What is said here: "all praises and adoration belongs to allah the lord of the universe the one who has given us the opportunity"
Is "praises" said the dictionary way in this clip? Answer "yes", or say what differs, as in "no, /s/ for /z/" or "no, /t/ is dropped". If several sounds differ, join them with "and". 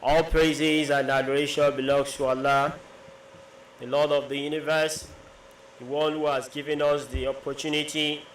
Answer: yes